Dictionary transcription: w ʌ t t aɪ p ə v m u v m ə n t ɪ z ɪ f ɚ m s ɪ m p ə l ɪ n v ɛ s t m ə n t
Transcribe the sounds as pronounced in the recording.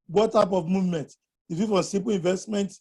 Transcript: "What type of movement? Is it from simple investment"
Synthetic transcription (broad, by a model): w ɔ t t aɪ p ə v m u v m ə n t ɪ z ɪ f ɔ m s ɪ p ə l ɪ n v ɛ s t m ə n t